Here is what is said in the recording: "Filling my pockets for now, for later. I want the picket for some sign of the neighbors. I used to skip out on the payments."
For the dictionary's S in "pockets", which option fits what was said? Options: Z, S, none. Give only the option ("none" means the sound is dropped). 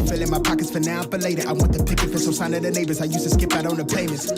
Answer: S